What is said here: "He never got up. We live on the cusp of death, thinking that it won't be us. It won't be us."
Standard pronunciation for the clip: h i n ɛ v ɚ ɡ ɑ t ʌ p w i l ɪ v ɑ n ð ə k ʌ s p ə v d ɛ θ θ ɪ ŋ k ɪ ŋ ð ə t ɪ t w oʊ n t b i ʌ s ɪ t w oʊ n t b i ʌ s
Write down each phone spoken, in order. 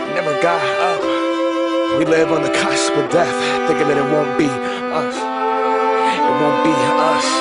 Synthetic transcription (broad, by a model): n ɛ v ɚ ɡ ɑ ʌ w i l ɪ v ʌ n ð ə k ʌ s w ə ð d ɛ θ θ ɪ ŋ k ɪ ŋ ð ə t ɪ t w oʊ n b i ʌ s ɪ t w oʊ n b i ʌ s